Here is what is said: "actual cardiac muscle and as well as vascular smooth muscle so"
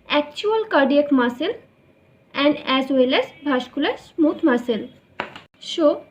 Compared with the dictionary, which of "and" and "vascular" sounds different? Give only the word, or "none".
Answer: vascular